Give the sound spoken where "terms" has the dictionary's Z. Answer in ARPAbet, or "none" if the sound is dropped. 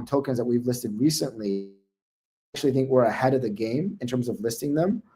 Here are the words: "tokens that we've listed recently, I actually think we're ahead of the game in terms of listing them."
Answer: Z